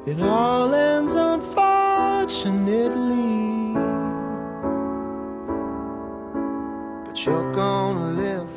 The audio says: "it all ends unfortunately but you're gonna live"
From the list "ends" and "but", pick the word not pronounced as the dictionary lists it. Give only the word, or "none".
none